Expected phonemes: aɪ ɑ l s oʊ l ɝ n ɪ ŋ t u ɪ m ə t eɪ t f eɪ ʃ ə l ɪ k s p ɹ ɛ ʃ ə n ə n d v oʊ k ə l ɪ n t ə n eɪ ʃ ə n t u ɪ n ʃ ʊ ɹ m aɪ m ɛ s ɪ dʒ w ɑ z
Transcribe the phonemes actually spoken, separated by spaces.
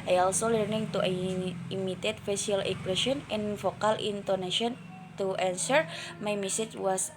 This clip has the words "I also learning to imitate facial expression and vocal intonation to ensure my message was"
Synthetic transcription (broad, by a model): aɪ ɑ l s oʊ l ɝ n ɪ ŋ t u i m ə t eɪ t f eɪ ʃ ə l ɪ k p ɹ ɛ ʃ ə n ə n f oʊ k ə l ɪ n t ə n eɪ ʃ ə n t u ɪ n s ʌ ɹ m aɪ m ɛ s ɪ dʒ w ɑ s